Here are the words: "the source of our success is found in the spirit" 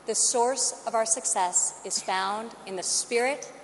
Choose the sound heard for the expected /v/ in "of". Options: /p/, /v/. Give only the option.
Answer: /v/